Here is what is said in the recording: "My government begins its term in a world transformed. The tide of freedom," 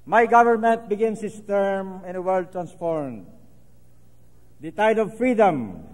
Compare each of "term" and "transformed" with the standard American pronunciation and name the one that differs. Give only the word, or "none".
none